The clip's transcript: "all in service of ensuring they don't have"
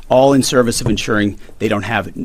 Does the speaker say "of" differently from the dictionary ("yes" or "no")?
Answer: no